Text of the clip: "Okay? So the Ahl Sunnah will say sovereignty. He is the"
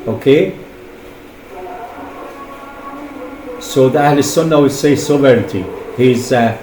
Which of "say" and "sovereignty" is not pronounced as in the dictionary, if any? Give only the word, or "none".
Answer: sovereignty